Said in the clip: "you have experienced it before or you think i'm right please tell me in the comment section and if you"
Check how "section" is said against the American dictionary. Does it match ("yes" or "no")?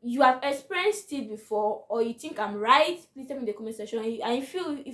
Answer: no